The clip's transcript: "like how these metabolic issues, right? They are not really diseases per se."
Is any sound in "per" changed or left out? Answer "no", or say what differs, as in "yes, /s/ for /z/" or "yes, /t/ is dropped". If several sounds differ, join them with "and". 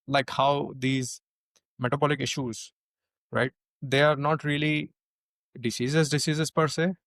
no